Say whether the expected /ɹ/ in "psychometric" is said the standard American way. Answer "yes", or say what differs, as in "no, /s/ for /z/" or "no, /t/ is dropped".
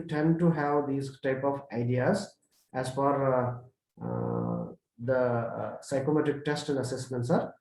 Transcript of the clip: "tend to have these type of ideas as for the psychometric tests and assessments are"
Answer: no, /ɹ/ is dropped